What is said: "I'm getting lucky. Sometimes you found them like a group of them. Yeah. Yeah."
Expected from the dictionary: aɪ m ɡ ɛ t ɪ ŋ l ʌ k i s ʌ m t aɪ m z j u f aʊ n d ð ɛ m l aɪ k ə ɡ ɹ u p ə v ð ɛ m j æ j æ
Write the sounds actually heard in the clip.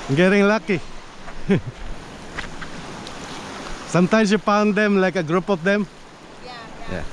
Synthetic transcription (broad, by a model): ɡ ɛ t ɪ ŋ l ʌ k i s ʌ m t aɪ m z j u p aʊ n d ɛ m l aɪ k ə ɡ ɹ u p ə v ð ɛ m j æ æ